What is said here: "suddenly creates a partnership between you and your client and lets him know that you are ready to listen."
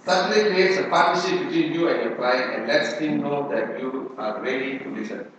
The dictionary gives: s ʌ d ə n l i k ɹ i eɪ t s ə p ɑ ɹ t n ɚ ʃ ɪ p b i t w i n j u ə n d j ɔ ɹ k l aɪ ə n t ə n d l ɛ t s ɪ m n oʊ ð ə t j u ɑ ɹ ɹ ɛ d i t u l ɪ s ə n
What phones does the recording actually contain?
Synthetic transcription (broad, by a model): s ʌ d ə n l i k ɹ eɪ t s ə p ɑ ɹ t ɚ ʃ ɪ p b i t w i n j u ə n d j ɔ ɹ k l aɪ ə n ə n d l ɛ t s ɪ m n oʊ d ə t j u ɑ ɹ ɹ ɛ d i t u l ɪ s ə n